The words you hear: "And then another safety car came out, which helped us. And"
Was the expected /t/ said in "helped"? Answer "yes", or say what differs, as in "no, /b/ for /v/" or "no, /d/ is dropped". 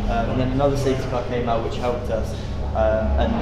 yes